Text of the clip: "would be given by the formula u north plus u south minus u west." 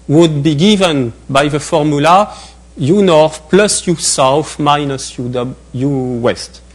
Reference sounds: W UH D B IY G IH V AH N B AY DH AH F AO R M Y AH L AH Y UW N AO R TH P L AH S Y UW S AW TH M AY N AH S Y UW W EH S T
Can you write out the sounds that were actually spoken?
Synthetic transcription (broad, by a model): W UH D B IY G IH V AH N B AY DH AH F AO R M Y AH L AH Y UW N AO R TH P L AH S Y UW S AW F M AY N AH S Y UW W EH S T